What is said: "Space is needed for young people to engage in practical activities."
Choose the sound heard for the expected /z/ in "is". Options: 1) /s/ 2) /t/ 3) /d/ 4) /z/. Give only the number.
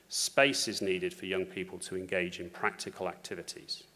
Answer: 4